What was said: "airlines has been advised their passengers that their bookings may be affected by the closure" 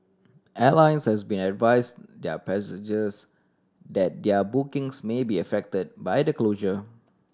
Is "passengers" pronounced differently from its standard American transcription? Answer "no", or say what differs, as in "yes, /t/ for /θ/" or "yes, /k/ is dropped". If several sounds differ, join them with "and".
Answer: yes, /n/ is dropped